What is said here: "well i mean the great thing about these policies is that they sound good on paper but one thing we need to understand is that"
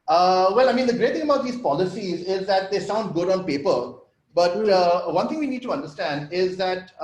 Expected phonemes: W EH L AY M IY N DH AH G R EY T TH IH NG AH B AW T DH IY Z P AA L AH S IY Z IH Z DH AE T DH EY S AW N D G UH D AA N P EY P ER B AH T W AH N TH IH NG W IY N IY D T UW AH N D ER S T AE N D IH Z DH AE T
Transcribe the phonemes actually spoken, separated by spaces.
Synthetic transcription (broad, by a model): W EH L AY M IY N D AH G R EY T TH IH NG AH B AW T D IY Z P AA L AH S IY Z IH Z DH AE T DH EY S AW N D G UH D AA N P EY P ER B AH T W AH N T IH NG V IY N IY D T UW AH N D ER S T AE N D IH Z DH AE T